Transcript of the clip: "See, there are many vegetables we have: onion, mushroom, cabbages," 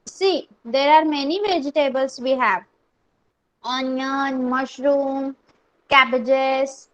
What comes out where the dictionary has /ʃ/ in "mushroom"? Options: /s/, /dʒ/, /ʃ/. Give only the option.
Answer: /ʃ/